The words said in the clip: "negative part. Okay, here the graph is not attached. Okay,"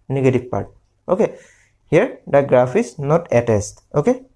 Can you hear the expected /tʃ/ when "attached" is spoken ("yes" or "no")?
no